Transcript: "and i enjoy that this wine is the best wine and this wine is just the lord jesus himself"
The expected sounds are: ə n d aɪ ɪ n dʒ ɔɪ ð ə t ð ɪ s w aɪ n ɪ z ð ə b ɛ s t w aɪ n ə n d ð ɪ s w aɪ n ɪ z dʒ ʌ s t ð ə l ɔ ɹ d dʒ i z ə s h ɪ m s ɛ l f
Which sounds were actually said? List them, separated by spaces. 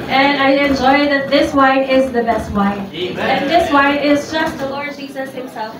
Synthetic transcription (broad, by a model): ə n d aɪ ɪ n dʒ ɔɪ ð ə t ð ɪ s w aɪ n ɪ z ð ə b ɛ s t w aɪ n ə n ð ɪ s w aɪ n ɪ z dʒ ʌ s t ð ə l ɔ ɹ d dʒ i z ə s h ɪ m s ɛ l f